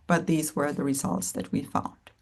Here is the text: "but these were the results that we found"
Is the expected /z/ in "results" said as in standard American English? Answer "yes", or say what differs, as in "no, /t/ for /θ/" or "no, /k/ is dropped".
yes